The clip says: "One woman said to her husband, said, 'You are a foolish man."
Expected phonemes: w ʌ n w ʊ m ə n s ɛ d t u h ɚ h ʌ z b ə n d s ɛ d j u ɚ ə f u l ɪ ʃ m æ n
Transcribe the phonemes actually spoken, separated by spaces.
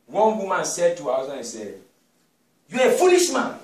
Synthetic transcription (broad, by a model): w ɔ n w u m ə n s ɛ d t u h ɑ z ə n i s ɛ d j u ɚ ə f u l ɪ ʃ m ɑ n